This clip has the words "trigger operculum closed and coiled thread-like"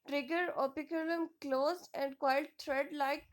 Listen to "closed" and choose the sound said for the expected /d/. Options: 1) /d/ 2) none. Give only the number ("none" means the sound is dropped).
2